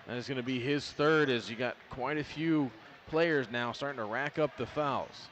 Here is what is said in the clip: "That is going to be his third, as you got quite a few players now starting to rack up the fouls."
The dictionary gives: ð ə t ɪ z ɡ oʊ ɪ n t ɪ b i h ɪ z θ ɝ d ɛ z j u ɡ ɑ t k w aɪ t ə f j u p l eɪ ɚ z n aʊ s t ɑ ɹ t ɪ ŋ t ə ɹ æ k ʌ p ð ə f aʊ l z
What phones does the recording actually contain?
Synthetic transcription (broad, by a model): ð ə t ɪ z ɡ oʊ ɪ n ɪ b i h ɪ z θ ɝ d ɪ z j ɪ ɡ ɑ t k w aɪ t ə f j u p l eɪ ɚ z n aʊ s t ɑ ɹ t ɪ ŋ t ə ɹ æ k ʌ p ð ə f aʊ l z